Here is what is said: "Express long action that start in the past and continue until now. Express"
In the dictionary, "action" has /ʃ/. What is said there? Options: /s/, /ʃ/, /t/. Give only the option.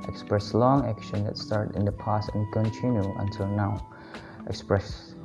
/ʃ/